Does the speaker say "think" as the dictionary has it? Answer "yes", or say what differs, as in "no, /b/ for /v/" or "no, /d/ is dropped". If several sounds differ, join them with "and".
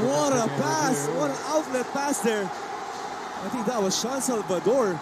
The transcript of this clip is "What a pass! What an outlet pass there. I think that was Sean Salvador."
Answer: no, /t/ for /θ/